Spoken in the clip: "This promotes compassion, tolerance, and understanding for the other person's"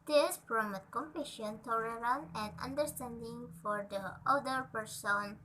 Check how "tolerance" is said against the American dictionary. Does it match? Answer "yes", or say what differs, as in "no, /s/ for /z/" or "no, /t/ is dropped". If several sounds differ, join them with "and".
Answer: no, /s/ is dropped